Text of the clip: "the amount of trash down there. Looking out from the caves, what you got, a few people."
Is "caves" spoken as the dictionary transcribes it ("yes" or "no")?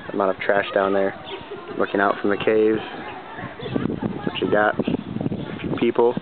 yes